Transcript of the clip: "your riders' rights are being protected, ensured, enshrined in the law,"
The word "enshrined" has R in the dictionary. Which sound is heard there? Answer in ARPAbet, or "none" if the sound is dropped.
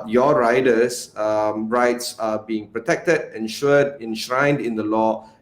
R